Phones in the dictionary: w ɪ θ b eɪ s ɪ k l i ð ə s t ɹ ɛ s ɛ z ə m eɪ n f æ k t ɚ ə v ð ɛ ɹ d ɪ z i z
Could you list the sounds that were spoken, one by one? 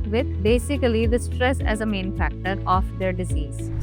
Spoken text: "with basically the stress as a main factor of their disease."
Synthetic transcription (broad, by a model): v ɪ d b eɪ s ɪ k l i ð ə s t ɹ ɛ s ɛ z ə m eɪ n f æ k t ɚ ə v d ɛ ɹ d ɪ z i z